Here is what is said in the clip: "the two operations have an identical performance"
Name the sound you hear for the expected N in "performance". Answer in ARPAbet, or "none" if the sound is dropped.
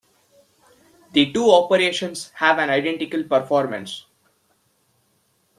N